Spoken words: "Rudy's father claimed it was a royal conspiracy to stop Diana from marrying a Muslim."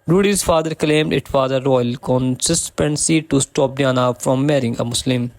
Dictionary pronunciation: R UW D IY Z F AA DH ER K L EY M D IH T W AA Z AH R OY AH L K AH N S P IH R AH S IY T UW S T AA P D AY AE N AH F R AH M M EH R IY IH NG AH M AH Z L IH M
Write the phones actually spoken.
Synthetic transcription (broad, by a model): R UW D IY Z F AA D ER K L EY M D IH T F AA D AH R OY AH L K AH N S IH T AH S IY T UW S T AA P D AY N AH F R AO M M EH R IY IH NG AH M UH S L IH M